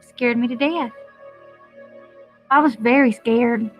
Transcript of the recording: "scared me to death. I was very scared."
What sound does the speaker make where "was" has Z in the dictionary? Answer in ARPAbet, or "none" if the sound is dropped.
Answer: Z